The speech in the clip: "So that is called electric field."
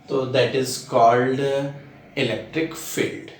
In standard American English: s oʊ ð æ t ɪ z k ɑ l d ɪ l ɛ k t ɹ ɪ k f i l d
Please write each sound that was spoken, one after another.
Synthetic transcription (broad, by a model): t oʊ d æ t ɪ z k ɑ l d ɪ l ɛ k t ɹ ɪ k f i l d